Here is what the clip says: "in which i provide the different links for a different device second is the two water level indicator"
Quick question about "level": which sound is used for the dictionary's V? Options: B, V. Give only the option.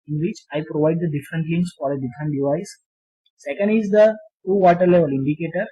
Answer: V